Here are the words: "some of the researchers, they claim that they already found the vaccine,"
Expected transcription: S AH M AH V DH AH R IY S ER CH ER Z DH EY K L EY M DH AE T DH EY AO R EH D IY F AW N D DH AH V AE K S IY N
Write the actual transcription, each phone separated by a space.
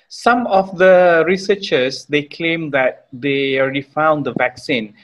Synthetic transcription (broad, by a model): S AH M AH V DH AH R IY S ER CH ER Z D EY K L EY M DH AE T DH EY AO R EH D IY F AW N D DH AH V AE K S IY N